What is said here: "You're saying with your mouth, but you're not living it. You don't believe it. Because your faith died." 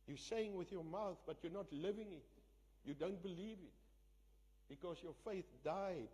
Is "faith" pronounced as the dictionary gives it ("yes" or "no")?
yes